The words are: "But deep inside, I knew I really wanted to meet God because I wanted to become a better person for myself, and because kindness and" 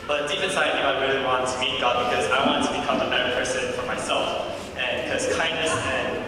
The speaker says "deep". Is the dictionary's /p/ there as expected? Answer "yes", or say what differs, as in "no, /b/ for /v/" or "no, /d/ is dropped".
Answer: no, /f/ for /p/